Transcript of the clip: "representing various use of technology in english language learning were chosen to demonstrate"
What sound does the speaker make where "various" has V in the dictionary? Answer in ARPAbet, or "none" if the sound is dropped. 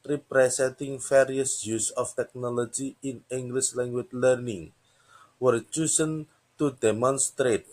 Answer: F